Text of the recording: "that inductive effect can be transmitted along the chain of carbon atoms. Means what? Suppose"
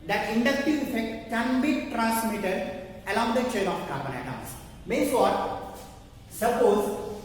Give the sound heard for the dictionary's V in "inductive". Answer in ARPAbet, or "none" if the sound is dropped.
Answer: none